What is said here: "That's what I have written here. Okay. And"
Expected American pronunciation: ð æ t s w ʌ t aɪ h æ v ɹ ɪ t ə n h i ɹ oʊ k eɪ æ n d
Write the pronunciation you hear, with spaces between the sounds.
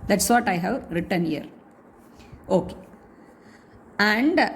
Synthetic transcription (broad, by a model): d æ t s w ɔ t aɪ h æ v ɹ ɪ t ə n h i ɹ oʊ k eɪ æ n d